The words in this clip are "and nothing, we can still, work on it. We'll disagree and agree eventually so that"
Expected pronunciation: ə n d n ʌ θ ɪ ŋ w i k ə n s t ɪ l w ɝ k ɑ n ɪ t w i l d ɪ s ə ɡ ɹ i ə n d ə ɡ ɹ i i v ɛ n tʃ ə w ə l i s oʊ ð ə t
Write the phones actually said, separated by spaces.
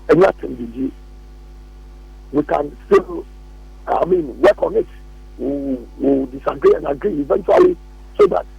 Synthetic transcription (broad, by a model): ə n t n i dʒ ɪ w i k ə n s t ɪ l w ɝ k ɑ n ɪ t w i w d ɪ s ə ɡ ɹ i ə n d ə ɡ ɹ i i v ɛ n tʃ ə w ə l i s oʊ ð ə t